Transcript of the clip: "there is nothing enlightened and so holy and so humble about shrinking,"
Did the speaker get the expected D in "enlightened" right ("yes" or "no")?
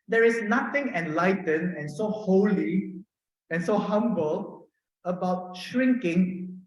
no